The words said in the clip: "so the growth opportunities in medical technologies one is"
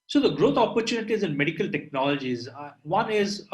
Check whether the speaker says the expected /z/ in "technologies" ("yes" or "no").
yes